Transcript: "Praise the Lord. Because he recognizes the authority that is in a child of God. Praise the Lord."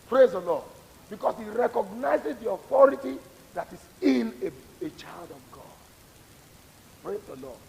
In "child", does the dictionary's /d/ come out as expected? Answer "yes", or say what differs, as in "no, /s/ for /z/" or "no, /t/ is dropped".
yes